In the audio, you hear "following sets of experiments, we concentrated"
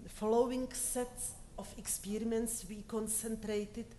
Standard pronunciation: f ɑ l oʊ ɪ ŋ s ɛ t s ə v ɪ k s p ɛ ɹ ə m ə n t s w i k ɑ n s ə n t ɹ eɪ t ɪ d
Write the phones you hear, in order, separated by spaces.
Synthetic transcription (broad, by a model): f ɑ l oʊ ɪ ŋ s ɛ t s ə f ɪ k s p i ɹ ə ə n s w i k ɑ n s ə n t ɹ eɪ t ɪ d